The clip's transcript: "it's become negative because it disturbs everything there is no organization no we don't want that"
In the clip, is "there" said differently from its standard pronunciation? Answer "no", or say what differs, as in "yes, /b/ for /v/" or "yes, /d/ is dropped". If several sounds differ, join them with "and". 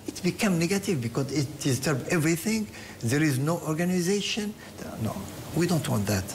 no